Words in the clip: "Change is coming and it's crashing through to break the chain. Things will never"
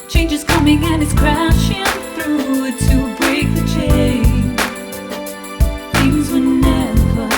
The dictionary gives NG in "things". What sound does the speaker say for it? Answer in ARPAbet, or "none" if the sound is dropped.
none